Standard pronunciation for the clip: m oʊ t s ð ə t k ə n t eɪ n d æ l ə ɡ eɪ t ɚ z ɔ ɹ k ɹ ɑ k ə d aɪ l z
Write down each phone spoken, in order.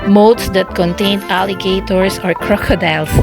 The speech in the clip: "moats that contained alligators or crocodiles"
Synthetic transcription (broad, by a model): m oʊ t s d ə t k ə n t eɪ n æ l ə ɡ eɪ t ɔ s ɔ ɹ k ɹ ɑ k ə d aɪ l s